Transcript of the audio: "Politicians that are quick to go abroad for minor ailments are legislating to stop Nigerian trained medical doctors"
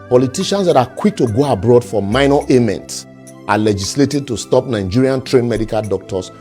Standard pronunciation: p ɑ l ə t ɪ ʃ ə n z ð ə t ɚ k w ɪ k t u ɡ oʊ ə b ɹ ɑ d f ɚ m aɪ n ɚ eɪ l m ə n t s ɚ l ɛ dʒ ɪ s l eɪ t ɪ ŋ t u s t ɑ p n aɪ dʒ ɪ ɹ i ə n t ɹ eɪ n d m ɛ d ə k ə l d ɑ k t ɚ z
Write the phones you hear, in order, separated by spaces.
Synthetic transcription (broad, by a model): p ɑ l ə t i ʃ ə n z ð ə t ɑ k w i k t u ɡ oʊ ə b ɹ ɑ d f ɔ m aɪ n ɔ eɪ m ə n t s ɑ l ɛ dʒ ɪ s l eɪ t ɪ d t u s t ɑ p n aɪ dʒ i ɹ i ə n t ɹ eɪ n m ɛ d ə k ə l d ɑ k t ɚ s